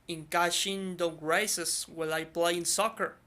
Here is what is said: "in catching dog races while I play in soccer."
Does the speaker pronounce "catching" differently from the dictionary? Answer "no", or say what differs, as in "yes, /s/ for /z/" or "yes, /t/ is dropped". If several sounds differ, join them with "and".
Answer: yes, /ʃ/ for /tʃ/